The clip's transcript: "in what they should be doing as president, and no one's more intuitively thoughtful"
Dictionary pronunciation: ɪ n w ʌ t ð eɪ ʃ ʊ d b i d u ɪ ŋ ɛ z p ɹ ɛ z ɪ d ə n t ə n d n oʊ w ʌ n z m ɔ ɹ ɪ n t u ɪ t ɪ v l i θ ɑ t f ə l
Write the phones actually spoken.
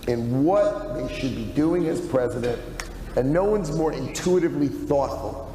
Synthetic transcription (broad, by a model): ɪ n w ʌ t ð eɪ ʃ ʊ d b i d u ɪ ŋ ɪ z p ɹ ɛ z ɪ d ə n t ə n n oʊ w ʌ n z m ɔ ɹ ɪ n t u ɪ t ɪ v l i θ ɑ t f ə l